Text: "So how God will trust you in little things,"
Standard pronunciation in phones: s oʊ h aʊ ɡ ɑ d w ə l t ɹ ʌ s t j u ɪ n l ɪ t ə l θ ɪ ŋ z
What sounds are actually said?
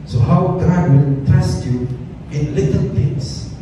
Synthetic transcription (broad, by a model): s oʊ h aʊ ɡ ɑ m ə n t ɛ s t j u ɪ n l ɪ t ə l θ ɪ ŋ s